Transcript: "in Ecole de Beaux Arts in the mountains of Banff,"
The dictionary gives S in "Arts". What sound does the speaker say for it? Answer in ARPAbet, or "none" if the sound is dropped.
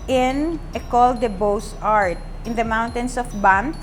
none